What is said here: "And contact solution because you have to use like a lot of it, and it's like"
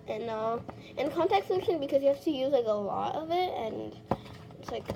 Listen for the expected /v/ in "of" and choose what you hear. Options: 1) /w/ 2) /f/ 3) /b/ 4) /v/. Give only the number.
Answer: 4